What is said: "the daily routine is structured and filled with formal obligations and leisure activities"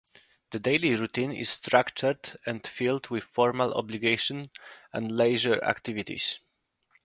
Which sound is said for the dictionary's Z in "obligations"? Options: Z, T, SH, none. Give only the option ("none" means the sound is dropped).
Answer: none